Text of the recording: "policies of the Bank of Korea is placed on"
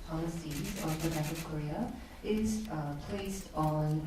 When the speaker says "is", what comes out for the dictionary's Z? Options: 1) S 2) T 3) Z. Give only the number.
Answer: 1